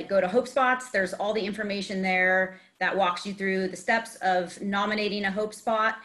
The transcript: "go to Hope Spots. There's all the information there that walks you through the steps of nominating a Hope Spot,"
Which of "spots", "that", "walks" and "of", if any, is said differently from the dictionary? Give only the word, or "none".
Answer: none